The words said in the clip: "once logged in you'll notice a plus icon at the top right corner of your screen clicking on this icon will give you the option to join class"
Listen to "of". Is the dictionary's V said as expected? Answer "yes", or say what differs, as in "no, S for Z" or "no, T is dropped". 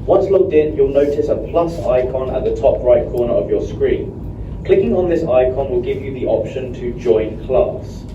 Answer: yes